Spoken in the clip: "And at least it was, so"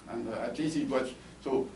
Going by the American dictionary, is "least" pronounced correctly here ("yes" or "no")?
no